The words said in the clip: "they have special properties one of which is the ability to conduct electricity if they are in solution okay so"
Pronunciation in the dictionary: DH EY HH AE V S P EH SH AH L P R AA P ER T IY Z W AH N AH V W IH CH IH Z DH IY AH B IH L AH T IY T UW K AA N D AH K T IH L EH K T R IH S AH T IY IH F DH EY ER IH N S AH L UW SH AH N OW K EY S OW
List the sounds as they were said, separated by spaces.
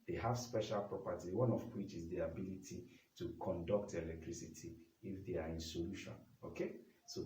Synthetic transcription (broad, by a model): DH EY HH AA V S P EH SH AH L P R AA P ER T IY W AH N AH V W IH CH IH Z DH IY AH B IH L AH T IY T UW K AA N D AH K T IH L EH K T R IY S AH T IY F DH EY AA IH N S AH L UW SH AH N OW K EY S OW